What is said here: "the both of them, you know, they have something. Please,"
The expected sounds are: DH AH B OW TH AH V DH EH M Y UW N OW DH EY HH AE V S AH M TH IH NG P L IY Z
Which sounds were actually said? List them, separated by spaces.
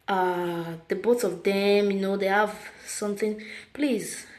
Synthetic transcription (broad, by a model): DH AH B OW S AH V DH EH M Y UW N OW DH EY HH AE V S AH M TH IH NG P L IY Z